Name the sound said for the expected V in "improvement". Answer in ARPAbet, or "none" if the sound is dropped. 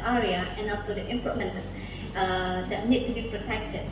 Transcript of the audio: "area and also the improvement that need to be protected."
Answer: none